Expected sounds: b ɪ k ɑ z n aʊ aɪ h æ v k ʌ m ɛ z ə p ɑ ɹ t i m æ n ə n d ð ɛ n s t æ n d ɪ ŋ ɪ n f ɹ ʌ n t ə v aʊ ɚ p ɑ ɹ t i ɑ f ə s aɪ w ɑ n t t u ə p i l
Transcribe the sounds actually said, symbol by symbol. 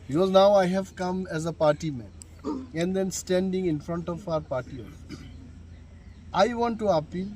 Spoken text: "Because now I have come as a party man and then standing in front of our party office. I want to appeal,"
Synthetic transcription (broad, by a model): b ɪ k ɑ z n aʊ aɪ h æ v k ʌ m ɛ z ə p ɑ ɹ t i m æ n ə n d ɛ n s t æ n d ɪ ŋ ɪ n f ɹ ʌ n t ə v aʊ ɚ p ɑ ɹ t i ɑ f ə ɪ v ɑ n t t u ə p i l